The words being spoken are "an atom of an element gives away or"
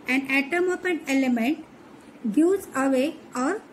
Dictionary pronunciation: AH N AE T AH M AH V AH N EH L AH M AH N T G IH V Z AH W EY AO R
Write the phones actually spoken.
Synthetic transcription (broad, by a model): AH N AE T AH M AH P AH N EH L AH M AH N T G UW Z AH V EY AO R